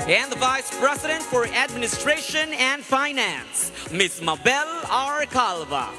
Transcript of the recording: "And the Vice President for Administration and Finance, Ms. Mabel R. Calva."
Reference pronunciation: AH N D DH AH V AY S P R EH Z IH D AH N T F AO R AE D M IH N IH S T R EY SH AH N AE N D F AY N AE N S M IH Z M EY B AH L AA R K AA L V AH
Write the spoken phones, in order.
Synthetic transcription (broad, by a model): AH N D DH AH V AY S P R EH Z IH D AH N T F AO R AE D M IH N IH S T R EY SH AH N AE N D F AY N AE N S M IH S M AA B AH L AA R K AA L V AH